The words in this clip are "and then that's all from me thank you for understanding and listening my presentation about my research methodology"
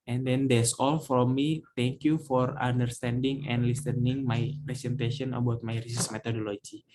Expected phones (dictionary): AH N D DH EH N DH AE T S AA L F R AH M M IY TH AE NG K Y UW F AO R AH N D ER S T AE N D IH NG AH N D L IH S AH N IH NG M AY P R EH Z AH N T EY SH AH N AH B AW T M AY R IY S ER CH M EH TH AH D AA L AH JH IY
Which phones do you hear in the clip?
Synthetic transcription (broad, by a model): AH N D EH N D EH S AA L F R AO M M IY T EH NG K Y UW F AO R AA N D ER S T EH N D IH NG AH N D L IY S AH N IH NG M AY P R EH S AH N T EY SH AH N AH B AW T M AY R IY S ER S M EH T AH D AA L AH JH IY